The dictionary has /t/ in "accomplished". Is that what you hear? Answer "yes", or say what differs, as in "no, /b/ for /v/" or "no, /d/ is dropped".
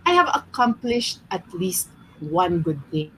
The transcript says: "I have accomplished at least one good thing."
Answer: yes